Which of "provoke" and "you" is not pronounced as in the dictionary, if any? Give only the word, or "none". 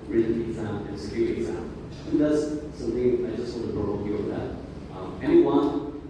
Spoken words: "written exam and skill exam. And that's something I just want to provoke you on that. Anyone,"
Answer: provoke